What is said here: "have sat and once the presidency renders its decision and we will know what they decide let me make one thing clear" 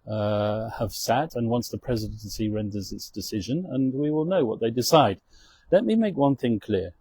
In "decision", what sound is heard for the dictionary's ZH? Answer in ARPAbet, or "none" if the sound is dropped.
ZH